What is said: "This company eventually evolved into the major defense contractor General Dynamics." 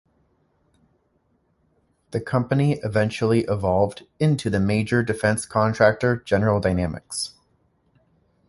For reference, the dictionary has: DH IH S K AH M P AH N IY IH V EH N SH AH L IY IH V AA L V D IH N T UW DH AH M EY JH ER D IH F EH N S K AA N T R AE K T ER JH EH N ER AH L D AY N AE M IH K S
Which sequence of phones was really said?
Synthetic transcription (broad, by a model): DH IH K AH M P AH N IY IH V EH N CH L IY IH V AA L V D IH N T UW DH AH M EY JH ER D IH F EH N S K AA N T R AE K T ER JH EH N ER L D AY N AE M IH K S